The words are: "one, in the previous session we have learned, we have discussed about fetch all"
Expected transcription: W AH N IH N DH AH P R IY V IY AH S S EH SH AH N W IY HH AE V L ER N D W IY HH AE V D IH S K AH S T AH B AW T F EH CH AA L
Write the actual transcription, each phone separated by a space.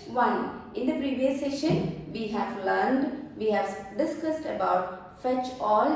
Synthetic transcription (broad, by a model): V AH N IH N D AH P R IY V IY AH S S EH SH AH N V IY HH AE V L ER N D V IY HH AE V D IH S K AH S T AH B AW T F EH CH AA L